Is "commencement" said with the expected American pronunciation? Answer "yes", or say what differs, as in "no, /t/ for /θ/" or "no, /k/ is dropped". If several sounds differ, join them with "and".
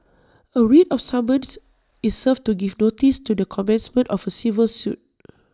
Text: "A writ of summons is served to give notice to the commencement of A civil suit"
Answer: yes